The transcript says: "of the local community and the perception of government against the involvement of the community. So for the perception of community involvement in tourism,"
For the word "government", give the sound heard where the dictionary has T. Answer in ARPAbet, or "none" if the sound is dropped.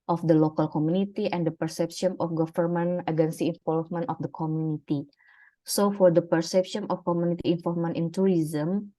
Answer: none